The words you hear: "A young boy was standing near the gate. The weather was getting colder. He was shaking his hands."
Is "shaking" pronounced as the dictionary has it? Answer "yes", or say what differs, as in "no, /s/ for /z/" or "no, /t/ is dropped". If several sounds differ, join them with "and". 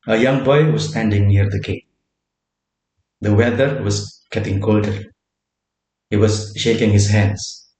yes